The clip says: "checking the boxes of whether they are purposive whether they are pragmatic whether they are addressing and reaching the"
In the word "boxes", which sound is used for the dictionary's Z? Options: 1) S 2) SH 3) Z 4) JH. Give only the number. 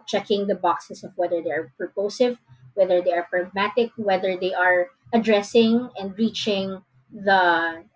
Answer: 1